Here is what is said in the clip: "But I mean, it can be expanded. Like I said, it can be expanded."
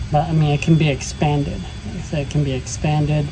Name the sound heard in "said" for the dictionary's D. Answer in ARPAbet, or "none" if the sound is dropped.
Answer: none